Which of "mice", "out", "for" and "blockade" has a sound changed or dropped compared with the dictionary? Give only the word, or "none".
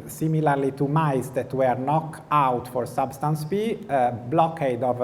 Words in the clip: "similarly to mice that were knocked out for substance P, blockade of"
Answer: none